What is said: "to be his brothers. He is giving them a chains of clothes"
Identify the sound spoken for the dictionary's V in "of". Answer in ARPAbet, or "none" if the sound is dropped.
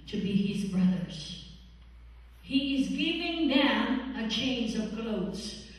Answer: V